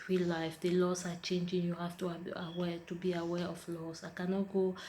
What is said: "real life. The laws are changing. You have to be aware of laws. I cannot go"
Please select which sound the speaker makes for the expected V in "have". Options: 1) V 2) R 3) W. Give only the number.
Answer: 3